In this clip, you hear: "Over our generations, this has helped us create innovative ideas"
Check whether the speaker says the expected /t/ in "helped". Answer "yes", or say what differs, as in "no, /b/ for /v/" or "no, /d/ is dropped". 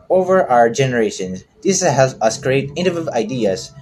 no, /t/ is dropped